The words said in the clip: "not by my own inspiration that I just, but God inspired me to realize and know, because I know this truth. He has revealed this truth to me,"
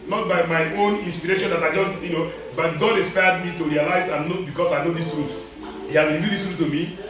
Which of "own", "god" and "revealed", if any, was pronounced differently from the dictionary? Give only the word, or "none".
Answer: revealed